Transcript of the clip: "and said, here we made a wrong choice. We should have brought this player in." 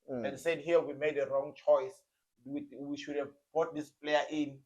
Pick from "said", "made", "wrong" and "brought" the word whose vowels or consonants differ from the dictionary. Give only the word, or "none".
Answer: brought